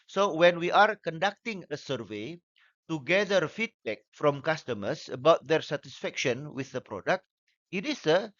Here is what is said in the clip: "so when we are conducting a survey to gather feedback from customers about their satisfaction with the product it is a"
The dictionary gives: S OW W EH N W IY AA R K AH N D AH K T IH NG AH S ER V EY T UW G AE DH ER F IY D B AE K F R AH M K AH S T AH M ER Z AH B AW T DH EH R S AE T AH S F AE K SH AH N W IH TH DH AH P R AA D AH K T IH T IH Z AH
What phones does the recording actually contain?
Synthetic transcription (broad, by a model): S OW W EH N W IY AA R K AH N D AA K T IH NG AH S ER V EY T UW G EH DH ER F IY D B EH K F R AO M K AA S T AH M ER S AH B AW T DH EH R S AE T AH S F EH K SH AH N W IH TH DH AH P R AA D AH K T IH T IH S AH